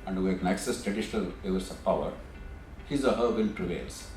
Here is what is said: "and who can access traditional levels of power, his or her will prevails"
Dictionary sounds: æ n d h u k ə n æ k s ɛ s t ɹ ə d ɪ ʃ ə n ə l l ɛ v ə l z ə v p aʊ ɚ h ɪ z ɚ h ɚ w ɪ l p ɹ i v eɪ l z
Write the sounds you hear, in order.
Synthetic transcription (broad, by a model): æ n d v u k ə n æ k s ɛ s t ɹ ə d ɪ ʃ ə n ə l l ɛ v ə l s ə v p aʊ ɚ h ɪ z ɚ h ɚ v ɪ n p ɹ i v eɪ l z